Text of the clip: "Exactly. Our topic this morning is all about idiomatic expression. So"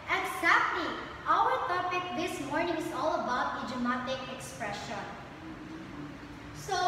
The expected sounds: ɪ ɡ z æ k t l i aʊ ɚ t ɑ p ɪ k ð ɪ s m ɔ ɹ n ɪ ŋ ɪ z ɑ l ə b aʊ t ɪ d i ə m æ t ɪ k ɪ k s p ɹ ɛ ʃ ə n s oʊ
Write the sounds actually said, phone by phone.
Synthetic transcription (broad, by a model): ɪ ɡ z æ k t l i aʊ ɚ t ɑ p ɪ k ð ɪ s m ɔ ɹ n ɪ ŋ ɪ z ɑ l ə b aʊ t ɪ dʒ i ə m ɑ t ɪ k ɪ k s p ɹ ɛ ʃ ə n s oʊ